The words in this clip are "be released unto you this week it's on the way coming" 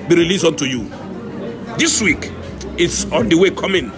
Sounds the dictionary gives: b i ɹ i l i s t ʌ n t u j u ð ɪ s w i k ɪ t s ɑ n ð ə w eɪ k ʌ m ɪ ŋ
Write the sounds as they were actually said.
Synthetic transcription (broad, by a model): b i ɹ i l i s ʌ n t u j u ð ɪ s w i k ɪ t s ɑ n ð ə w eɪ k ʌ m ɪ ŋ